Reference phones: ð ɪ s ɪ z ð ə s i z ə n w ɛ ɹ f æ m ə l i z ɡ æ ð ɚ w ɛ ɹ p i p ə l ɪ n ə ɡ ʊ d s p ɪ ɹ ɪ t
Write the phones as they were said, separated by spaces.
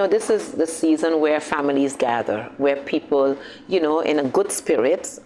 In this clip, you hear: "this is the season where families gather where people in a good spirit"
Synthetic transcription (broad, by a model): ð ɪ s ɪ z ð ə s i z ə n w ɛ ɹ f æ m ə l i z ɡ æ ð ɚ w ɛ ɹ p i p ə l ɪ n ə ɡ ʊ d s p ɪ ɹ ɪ t